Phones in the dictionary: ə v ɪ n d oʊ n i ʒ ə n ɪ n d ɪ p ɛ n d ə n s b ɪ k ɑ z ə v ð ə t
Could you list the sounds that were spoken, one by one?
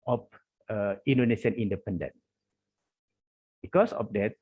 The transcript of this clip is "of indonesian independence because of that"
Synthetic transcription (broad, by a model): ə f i n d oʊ n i s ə n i n d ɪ p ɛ n d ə n b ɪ k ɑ s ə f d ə t